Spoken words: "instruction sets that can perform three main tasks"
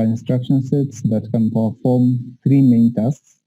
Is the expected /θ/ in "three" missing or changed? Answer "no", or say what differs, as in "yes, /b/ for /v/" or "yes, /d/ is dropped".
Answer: yes, /t/ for /θ/